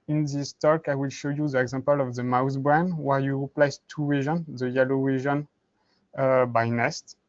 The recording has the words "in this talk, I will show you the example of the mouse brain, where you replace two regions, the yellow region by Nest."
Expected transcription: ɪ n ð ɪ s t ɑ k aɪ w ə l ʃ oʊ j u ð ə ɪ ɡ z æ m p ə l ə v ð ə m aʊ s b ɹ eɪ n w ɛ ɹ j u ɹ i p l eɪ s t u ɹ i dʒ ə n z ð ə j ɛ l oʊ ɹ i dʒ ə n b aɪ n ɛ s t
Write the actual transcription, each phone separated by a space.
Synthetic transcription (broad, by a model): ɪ n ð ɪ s t ɑ k aɪ w ə l ʃ oʊ j u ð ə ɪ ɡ z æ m p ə l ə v ð ə m aʊ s b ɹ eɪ n w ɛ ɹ j u ɹ i p l eɪ s t u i ʒ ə n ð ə j ɛ l oʊ w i ʒ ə n b aɪ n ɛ s t